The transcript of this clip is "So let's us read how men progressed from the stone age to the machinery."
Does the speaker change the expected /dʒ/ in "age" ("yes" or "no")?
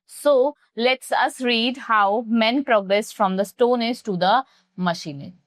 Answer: yes